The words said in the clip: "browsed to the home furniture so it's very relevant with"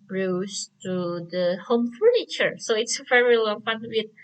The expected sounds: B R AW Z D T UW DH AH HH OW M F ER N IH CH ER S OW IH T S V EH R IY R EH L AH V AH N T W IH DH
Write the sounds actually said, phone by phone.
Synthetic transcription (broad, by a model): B R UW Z T UW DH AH HH OW M F ER N IH CH ER S OW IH T S V EH R IY L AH F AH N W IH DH